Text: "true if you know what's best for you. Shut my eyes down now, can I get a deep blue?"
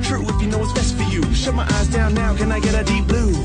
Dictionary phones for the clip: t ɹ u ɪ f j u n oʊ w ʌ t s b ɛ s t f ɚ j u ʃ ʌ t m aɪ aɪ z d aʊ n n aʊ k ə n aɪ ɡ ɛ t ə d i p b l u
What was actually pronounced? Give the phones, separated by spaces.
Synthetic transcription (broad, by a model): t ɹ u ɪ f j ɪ n oʊ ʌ t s b ɛ s t f ɚ j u ʃ ʌ t m aɪ aɪ z d aʊ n n aʊ k ə n aɪ ɡ ɛ t ə d i p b l u